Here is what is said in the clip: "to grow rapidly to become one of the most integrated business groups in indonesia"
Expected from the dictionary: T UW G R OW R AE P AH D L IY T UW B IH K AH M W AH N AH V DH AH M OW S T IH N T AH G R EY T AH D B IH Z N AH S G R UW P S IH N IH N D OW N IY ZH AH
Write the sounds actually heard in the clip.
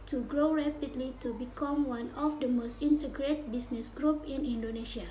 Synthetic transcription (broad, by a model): T UW G R OW R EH P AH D L IY T UW B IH K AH M W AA N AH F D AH M OW S T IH N T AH G R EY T B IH S N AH S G R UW P IH N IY N D OW N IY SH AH